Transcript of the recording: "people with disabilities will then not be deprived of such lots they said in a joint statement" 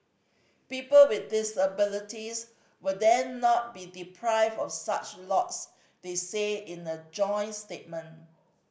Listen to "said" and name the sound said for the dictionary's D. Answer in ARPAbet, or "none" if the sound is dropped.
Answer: none